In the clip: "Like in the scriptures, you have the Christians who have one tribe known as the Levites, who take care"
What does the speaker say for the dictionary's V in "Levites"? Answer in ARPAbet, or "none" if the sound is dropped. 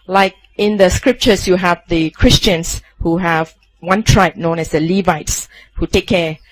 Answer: V